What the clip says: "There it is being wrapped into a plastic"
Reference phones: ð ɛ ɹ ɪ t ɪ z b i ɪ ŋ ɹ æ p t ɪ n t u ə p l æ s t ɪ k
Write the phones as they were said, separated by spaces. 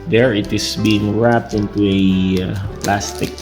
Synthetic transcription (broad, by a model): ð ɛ ɹ ɪ t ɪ s b i ɪ ŋ ɹ æ p t ɪ n t u ə p l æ s t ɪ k